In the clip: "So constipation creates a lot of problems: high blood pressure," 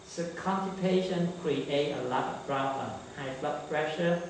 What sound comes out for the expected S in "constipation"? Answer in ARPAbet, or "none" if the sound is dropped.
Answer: none